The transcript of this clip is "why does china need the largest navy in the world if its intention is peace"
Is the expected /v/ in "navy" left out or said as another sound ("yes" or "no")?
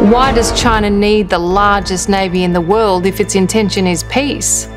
no